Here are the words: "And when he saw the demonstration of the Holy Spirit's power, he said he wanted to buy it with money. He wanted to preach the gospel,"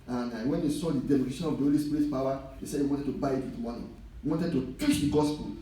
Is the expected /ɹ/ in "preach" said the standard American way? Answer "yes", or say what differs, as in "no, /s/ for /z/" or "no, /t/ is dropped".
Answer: no, /ɹ/ is dropped